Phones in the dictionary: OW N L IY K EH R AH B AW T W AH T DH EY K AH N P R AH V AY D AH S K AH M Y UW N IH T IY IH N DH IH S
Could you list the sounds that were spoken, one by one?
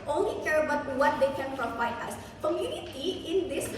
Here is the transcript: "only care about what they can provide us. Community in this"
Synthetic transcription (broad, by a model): OW N L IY K EH R AH B AW T W AH T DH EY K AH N F R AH F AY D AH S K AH M Y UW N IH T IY IH N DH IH S